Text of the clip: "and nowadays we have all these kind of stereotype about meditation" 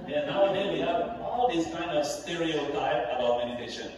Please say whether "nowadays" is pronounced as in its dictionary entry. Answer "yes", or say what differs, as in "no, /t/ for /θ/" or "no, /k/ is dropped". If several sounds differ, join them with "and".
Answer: no, /z/ is dropped